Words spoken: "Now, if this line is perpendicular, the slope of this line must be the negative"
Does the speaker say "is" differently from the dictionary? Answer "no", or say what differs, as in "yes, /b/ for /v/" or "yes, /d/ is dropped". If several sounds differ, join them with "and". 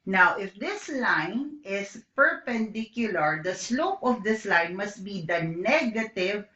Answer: yes, /s/ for /z/